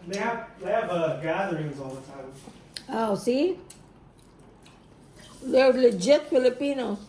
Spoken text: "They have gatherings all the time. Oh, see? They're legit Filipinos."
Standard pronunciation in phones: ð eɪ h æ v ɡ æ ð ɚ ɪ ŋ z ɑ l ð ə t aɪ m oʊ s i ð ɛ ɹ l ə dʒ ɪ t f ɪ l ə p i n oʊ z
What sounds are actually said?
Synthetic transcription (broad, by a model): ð eɪ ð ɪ v ɡ æ ð ɚ ɪ ŋ z ɑ l ð ə t aɪ m oʊ s i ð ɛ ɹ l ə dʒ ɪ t f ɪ l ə p i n oʊ